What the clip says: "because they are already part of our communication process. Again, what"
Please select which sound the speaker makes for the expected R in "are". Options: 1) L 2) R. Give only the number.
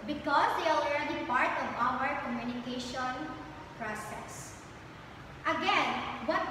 1